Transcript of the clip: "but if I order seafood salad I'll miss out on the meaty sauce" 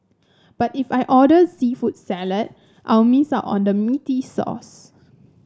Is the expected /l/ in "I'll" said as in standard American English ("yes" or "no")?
no